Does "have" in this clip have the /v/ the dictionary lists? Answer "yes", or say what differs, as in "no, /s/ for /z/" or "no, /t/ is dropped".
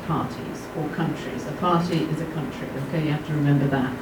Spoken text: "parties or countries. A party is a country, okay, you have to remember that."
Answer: no, /f/ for /v/